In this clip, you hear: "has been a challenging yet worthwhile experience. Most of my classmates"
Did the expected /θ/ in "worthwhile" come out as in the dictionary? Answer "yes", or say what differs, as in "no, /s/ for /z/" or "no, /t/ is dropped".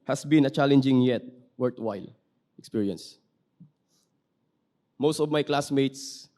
no, /t/ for /θ/